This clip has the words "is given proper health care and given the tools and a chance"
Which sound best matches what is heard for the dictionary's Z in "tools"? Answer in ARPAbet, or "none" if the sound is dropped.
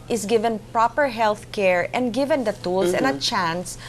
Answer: S